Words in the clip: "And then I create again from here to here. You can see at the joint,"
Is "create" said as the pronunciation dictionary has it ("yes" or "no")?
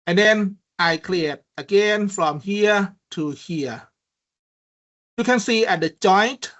no